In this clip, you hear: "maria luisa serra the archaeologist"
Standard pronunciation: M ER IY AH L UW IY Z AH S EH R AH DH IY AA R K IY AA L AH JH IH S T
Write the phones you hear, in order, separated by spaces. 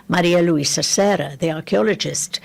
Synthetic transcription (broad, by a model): M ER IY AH L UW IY S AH S EH R AH DH IY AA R K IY AA L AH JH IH S T